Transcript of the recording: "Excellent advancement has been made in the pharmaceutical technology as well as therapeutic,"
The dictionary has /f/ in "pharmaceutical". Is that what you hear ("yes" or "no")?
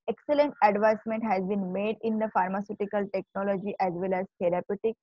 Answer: yes